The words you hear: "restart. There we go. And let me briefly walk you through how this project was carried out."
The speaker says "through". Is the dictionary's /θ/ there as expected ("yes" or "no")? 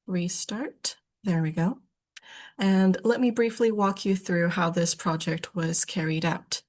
yes